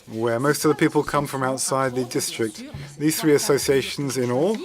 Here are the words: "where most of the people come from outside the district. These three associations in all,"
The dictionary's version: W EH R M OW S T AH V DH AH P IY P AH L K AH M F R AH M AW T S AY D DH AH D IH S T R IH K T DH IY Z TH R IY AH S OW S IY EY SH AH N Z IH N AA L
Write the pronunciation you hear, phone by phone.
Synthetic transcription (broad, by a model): W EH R M OW S T AH V DH AH P IY P AH L K AH M F R AH M AW T S AY D DH AH D IH S T R IH K T DH IY Z TH R IY AH S OW S IY EY SH AH N Z IH N AA L